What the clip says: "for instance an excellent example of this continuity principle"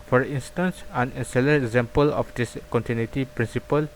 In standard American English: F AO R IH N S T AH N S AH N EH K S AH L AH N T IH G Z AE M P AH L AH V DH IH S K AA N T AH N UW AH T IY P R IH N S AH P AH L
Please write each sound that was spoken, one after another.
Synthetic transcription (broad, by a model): F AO R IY N S T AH N S AH N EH S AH L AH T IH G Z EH M P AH L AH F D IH S K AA N T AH N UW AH T IY P R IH N S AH P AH L